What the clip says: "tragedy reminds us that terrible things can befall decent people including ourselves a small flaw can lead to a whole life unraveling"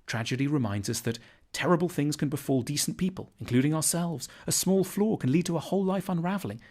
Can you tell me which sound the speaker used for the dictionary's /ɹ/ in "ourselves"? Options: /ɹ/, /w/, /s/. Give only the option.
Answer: /ɹ/